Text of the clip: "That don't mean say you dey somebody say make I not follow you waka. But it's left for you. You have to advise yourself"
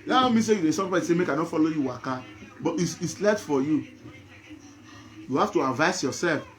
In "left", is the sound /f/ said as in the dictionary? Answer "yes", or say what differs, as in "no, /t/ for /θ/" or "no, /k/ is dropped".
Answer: no, /f/ is dropped